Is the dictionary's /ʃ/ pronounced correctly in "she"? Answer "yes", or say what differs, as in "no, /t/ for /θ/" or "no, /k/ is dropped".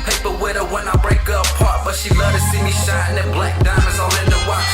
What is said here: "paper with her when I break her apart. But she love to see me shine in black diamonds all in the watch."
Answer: yes